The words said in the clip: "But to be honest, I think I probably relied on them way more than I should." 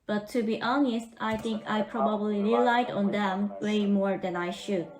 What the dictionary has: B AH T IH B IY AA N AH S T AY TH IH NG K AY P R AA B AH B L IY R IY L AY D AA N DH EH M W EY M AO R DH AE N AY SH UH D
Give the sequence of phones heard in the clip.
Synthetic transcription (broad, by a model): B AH T IH B IY AA N AH S T AY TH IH NG K AY P R AA B AH B L IY R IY L AY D AA N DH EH M W EY M AO R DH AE N AY SH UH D